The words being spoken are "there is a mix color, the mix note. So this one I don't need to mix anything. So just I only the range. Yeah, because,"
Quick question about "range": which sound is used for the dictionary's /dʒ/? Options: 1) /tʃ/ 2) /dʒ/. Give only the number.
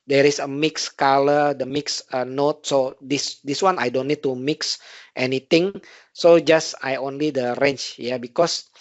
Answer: 1